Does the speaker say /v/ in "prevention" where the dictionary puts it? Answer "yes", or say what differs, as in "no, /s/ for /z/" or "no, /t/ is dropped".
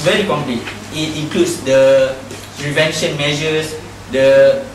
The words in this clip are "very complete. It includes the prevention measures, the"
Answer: yes